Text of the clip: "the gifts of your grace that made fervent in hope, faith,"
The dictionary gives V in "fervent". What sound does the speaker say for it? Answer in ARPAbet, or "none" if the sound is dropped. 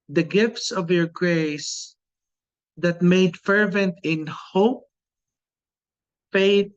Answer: V